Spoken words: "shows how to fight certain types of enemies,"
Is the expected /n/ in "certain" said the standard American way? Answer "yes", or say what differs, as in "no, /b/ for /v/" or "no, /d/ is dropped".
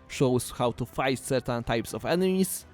yes